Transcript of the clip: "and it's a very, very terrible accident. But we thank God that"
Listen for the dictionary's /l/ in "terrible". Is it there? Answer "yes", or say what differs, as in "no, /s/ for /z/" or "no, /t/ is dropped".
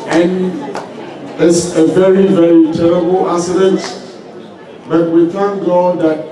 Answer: yes